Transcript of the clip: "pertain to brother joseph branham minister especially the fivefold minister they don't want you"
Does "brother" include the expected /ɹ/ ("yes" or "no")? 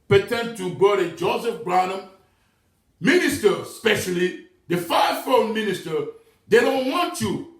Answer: no